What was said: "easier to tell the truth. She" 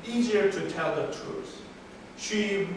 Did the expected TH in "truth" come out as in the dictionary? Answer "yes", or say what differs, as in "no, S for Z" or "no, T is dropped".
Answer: no, S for TH